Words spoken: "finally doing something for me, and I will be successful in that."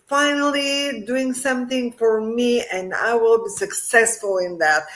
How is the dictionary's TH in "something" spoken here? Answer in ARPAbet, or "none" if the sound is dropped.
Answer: TH